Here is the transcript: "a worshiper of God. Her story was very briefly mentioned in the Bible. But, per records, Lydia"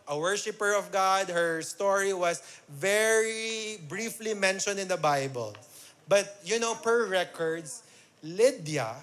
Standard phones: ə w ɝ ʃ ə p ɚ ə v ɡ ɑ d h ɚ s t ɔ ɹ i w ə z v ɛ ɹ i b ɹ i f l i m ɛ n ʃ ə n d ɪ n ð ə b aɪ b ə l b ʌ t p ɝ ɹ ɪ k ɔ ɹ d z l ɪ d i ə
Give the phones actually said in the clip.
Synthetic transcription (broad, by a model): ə w ɝ ʃ ə p ɚ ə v ɡ ɑ d h ɚ s t ɔ ɹ i w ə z v ɛ ɹ i b ɹ i f l i m ɛ n ʃ ə n d ɪ n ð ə b aɪ b ə l b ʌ t p ɝ ɹ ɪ k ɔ ɹ d s l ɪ d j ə